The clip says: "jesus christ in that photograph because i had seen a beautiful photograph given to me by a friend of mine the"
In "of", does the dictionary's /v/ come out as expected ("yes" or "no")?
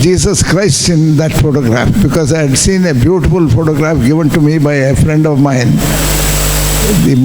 yes